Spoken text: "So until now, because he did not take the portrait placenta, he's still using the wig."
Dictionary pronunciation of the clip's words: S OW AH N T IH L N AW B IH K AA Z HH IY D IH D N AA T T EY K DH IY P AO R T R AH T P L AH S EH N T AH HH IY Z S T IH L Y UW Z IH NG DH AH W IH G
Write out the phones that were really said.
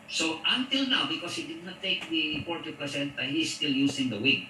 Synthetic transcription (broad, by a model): S OW AH N T IH L N AW B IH K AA S HH IY D IH D N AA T T EY K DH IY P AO R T AH P AH S EH N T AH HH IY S S T IH L Y UW S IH NG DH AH W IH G